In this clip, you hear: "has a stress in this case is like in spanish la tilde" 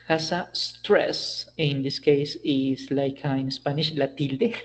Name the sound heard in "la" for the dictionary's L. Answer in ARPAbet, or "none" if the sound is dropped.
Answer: L